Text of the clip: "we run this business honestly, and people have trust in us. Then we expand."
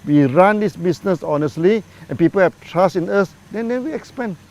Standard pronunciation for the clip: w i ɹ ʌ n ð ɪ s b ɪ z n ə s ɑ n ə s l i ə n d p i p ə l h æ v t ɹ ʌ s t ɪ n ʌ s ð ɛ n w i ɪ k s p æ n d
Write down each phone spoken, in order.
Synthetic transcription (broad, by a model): w i ɹ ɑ n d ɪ s b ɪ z n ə s ɑ n ə s l i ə n p i p ə l h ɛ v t ɹ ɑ s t ɪ n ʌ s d ɛ n w i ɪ k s p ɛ n